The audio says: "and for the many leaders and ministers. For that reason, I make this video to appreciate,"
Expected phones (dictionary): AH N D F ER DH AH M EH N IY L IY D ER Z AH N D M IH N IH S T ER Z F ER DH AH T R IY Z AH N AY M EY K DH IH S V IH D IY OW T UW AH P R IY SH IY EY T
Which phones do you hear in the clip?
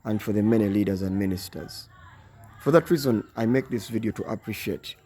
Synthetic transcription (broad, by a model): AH N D F ER DH AH M EH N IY L IY D ER Z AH N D M IH N IH S T ER Z F ER DH AH T R IY Z AH N AY M EY K DH IH S V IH D IY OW T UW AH P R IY SH IY EY T